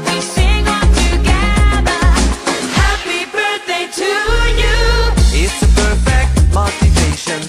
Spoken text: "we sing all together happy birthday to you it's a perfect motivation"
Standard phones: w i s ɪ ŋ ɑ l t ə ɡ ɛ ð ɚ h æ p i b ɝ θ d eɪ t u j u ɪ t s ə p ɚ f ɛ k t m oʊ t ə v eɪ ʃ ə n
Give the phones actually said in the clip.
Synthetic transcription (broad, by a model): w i s ɪ ŋ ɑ n t ə ɡ ɛ ð ɚ h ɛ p i b ɝ θ d eɪ t u j u ɪ t s ə p ɚ f ɛ k t m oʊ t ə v eɪ ʃ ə n